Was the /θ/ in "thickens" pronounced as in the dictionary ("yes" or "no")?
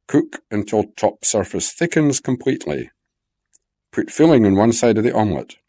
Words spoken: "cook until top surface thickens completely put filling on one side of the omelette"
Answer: yes